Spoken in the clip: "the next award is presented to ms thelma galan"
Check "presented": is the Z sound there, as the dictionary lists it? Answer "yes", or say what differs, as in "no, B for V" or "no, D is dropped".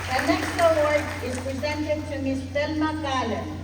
yes